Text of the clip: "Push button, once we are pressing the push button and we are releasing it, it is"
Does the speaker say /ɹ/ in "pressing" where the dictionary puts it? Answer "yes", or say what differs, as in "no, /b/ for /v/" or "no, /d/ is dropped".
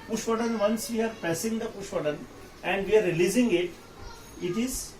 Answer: no, /ɹ/ is dropped